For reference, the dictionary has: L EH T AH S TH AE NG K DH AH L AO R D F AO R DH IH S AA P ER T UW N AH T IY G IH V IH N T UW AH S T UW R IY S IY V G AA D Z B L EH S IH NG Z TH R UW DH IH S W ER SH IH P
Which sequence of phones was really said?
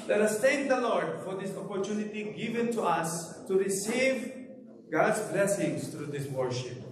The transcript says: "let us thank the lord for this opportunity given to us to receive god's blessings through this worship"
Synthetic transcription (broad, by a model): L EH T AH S T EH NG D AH L AO R D F AO R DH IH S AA P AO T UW N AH T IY G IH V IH N T UW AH S T UW R IY S IY V G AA D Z B L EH S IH NG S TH R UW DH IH S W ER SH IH P